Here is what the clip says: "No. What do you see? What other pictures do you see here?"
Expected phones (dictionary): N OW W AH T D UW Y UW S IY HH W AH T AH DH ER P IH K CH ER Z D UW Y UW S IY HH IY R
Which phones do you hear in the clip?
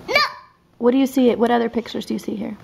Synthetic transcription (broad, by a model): N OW W AH T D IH Y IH S IY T W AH T AH DH ER P IH K CH ER Z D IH Y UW S IY HH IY R